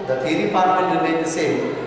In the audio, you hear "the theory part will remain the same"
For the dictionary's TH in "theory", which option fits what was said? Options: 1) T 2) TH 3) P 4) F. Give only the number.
1